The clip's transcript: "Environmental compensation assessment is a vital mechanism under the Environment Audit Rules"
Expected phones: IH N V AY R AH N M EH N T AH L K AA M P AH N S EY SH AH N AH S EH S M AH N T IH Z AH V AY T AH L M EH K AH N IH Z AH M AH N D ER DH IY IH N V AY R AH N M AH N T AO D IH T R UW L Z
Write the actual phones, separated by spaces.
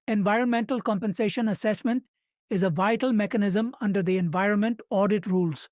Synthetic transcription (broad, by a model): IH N V AY R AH N M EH N T AH L K AA M P AH N S EY SH AH N AH S EH S M AH N T IH Z AH V AY T AH L M EH K AH N IH Z AH M AH N D ER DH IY IH N V AY R AH N M AH N T AO D IH T R UW L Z